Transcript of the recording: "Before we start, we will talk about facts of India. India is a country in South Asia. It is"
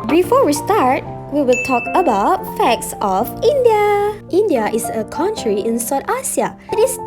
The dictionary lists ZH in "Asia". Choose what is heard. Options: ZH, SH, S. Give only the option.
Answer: S